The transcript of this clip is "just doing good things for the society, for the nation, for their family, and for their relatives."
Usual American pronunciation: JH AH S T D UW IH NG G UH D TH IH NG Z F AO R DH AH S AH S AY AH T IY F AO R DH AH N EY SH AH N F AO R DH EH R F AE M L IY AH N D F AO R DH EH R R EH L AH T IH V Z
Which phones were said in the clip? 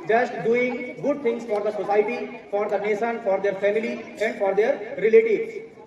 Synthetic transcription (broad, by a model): JH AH S T D UW IH NG G UH D T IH NG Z F AO R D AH S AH S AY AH T IY F AO R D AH N EY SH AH N F AO R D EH R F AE M L IY AH N D F AO R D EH R R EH L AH T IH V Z